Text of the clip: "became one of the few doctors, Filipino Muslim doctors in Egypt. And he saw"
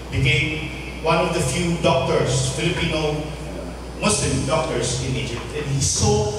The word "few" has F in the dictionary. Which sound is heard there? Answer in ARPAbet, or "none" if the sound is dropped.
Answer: F